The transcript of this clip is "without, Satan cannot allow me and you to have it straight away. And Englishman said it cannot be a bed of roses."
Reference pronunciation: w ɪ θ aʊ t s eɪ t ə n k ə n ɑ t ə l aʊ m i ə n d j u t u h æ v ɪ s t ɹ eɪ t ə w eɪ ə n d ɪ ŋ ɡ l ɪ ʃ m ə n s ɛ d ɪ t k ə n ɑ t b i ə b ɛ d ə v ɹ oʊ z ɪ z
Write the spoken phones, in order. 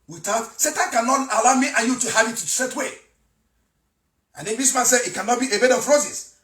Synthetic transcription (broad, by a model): w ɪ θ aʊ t s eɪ t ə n k ə n ɑ t ə l aʊ m i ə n j u t u h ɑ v ɪ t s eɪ t w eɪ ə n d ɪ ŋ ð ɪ s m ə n s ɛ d ɪ t k ə n ɑ t b i ə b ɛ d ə f ɹ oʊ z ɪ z